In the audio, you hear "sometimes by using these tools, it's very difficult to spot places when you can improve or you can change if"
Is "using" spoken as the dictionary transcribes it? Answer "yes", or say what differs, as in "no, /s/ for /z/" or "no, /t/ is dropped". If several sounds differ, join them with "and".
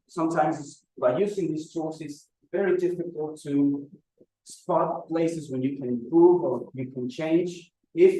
yes